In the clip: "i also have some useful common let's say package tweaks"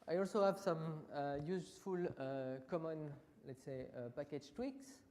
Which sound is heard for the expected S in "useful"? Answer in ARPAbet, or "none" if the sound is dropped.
none